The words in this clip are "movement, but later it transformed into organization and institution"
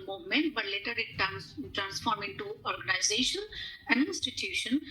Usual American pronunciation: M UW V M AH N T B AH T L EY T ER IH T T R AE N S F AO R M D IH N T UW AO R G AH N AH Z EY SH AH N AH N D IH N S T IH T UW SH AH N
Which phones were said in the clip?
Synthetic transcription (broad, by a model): M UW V M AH N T B AH T L EY T ER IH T T R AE N S F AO R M IH N T UW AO R G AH N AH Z EY SH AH N AH N D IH N S T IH T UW SH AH N